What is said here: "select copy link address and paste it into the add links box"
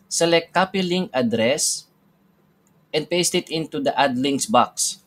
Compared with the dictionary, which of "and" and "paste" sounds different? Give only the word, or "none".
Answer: none